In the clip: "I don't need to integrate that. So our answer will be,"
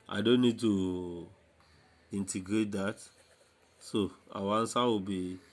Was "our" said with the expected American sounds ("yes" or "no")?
no